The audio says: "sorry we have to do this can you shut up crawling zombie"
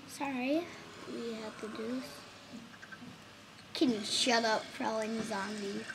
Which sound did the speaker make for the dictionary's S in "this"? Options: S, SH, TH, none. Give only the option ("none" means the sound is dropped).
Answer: none